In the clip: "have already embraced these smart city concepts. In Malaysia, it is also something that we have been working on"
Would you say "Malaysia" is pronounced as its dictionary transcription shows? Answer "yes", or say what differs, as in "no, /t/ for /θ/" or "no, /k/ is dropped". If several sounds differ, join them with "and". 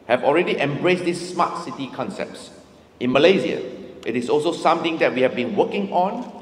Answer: no, /z/ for /ʒ/